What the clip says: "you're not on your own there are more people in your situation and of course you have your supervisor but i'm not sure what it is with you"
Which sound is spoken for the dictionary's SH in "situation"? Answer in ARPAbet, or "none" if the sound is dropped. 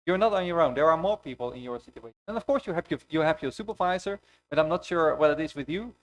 none